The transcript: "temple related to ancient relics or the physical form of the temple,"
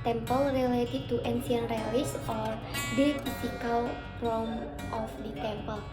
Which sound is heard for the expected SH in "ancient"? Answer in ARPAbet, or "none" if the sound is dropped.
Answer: S